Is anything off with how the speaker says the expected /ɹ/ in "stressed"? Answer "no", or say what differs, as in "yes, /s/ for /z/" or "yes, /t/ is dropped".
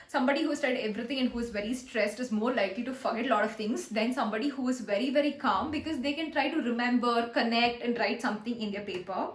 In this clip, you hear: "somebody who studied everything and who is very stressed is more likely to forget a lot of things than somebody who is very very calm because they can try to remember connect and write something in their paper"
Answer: no